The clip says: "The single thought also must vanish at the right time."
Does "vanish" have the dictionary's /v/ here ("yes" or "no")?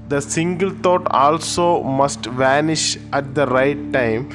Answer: yes